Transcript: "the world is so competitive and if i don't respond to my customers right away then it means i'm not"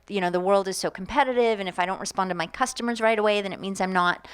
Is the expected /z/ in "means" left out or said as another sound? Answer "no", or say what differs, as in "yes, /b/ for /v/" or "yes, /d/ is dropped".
no